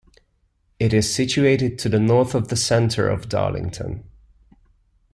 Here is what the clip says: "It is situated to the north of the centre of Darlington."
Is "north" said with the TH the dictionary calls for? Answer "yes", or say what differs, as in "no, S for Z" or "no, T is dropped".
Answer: yes